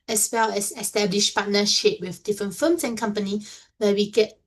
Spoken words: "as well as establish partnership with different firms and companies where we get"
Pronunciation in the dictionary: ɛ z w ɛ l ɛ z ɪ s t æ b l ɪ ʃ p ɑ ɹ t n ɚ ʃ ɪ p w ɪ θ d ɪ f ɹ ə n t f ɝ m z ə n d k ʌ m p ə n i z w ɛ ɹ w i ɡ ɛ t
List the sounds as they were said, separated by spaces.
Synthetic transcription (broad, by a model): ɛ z w ɛ l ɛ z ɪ s t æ b l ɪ ʃ p ɑ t n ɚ ʃ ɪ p w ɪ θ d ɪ f ɹ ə n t f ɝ m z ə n k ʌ m p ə n i w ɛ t w i ɡ ɛ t